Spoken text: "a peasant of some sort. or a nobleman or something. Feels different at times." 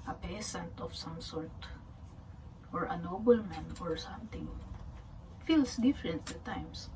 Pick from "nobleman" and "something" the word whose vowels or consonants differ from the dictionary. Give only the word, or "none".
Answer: something